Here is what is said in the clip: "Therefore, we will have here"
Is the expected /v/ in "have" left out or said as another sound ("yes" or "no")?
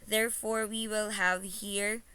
no